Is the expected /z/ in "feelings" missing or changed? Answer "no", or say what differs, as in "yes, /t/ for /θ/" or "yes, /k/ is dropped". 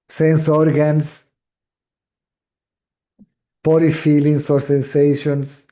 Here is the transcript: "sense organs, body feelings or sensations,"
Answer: yes, /s/ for /z/